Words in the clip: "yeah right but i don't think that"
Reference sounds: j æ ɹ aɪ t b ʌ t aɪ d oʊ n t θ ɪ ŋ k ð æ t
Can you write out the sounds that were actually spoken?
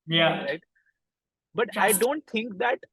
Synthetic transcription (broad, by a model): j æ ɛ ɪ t b ʌ t aɪ d oʊ n t t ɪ ŋ k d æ t